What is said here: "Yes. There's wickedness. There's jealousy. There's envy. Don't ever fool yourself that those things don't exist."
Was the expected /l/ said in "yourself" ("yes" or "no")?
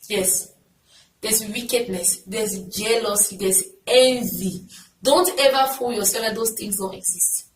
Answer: no